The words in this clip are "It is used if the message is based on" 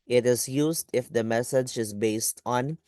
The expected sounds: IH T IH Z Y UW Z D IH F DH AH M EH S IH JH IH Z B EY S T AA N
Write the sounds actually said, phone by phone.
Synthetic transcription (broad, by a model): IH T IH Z Y UW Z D IH F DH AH M EH S IH JH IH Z B EY S T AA N